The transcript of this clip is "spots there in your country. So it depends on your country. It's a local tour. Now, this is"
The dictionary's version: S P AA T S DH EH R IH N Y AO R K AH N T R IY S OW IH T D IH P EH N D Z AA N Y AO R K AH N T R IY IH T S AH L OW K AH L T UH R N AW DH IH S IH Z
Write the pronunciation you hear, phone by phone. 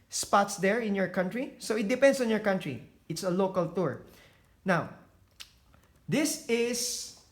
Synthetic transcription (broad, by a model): S P AA T S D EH R IH N Y AO R K AH N T R IY S OW IH T D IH P EH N D S AA N Y AO R K AH N T R IY IH T S AH L OW K AH L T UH R N AW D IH S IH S